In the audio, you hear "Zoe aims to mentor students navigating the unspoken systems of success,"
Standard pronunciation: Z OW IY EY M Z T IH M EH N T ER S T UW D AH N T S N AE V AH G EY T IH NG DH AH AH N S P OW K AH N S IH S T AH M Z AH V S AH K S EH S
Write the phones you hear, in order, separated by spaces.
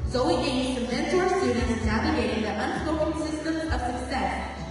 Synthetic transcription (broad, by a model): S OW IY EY Z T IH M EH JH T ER S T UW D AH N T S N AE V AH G EY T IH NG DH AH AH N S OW AH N S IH S T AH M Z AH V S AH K S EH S